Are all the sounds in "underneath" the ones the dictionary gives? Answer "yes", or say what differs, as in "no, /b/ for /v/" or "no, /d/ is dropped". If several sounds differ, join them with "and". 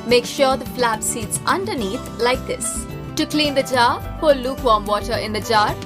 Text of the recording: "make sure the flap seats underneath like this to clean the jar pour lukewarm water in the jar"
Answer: no, /t/ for /θ/